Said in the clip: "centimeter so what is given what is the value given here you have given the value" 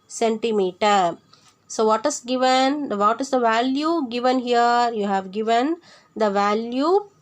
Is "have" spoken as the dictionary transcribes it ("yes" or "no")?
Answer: yes